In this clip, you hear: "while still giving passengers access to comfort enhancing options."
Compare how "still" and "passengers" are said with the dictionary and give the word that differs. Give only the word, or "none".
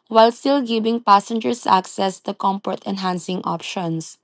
passengers